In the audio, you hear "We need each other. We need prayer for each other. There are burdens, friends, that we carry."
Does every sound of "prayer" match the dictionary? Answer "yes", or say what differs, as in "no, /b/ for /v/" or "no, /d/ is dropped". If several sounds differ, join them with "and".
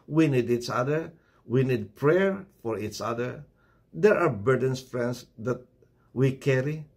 yes